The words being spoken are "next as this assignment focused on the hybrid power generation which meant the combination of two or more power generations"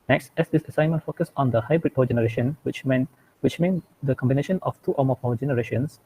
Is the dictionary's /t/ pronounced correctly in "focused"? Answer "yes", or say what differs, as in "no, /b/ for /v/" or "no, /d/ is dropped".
no, /t/ is dropped